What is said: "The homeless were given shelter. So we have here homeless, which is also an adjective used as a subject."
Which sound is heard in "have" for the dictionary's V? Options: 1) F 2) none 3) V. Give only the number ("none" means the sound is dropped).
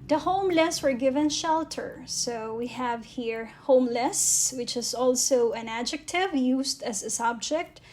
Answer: 3